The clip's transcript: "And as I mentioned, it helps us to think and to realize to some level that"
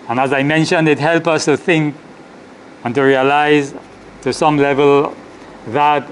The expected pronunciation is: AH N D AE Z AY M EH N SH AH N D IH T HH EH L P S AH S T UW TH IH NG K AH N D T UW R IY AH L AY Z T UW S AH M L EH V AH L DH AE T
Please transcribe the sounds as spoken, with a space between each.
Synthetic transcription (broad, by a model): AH N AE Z AY M EH N SH AH N D IH T HH EH L P AH S T UW TH IH NG K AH N T UW R IY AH L AY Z T UW S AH M L EH V AH L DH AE T